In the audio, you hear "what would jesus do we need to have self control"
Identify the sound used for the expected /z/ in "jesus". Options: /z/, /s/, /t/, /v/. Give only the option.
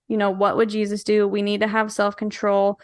/z/